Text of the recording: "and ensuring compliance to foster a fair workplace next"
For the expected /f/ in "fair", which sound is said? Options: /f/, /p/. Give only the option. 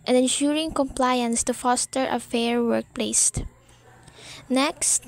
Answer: /f/